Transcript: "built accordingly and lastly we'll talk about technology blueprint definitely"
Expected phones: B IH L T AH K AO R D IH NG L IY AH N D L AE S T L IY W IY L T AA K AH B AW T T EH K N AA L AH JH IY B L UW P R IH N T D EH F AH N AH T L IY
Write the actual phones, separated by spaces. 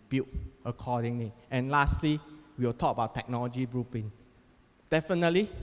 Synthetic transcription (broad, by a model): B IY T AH K AO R D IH NG L IY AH N L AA S T L IY W IY W T AA K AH B AW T T EH K N AA L AH JH IY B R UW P IH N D EH F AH N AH T L IY